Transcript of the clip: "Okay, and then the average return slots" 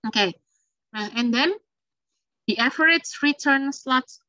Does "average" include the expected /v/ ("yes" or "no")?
no